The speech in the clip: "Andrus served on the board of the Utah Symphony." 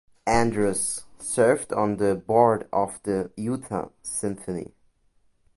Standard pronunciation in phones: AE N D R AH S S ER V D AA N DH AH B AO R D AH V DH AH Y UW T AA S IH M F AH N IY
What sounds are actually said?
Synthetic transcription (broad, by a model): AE N D R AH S S ER V D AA N DH AH B AO R D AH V DH AH Y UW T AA S IH M F AH N IY